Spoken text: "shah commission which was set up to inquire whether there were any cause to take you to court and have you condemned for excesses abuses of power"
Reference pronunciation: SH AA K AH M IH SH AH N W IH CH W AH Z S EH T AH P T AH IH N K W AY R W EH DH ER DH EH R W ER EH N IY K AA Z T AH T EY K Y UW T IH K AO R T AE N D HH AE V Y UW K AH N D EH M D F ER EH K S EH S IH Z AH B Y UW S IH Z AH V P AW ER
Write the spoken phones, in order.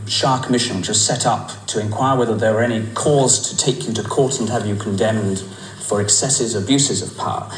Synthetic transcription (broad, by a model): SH AA K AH M IH SH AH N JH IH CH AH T S EH T AH P T AH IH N K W AY R W EH DH ER DH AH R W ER EH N IY K AA Z T AH T EY K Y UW T IH K AO R T N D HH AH V Y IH K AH N D EH M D F ER EH K S EH S IH Z AH B Y UW S IH Z AH V P AW ER